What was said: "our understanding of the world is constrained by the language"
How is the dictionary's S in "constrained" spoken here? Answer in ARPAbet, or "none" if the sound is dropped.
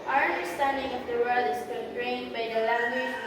none